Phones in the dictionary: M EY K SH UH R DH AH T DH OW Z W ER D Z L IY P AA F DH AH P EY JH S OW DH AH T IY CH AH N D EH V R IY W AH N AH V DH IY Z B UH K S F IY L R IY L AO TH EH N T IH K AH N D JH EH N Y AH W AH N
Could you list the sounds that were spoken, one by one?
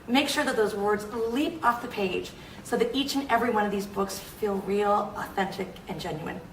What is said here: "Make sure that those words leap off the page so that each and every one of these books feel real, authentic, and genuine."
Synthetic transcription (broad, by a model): M EY K SH UH R DH AH T DH OW Z W ER D Z L IY P AA F DH AH P EY JH S OW DH AH T IY CH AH N EH V R IY W AH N AH V DH IY Z B UH K S F IY L R IY L AO TH EH N T IH K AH N JH EH N Y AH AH N